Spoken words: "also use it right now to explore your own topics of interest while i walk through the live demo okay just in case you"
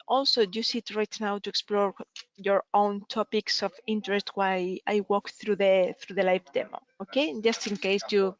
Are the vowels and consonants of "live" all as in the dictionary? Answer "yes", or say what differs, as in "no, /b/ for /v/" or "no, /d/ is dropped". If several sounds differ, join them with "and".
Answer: no, /f/ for /v/